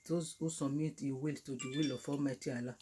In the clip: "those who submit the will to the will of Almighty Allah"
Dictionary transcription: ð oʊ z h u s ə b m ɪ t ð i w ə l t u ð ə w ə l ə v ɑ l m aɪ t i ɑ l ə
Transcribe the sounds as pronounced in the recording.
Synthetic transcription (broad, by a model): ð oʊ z h u s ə m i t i w ə l t u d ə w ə l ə f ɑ m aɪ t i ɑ l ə